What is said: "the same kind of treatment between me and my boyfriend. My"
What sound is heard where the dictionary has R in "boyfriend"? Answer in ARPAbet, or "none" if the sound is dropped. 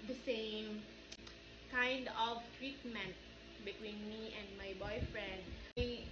R